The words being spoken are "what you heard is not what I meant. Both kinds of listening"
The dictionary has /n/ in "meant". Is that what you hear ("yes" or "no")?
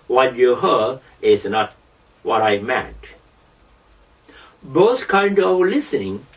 no